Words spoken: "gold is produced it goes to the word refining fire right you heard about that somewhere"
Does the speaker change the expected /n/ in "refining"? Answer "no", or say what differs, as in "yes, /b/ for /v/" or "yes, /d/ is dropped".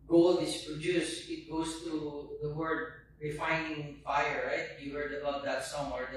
no